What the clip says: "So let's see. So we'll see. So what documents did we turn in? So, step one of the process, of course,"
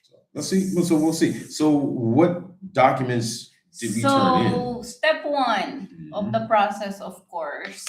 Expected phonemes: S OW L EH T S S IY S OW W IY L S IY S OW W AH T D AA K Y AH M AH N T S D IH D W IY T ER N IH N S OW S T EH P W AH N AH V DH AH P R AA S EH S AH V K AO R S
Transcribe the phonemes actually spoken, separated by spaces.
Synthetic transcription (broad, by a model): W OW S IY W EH S OW W IY L S IY S OW W AH T D AA K Y AH M AH N T S D IH D W IY S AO IH N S S T EH P W AH N AH V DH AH P R AA S EH S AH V K AO R S